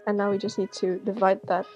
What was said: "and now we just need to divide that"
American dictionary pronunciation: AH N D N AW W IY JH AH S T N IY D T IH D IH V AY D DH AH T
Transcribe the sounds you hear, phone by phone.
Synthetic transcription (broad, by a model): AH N N AW W IY JH AH S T N IY D T IH D IH V AY D DH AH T